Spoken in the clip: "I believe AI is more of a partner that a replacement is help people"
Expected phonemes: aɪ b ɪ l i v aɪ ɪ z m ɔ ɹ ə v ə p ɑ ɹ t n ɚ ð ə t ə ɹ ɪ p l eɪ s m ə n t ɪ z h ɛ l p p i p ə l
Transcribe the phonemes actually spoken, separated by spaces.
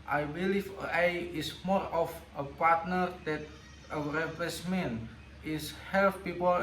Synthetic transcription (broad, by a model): aɪ b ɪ l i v aɪ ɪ s m ɔ ɹ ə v ə p ɑ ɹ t n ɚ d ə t ə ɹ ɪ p eɪ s m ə n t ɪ s h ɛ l f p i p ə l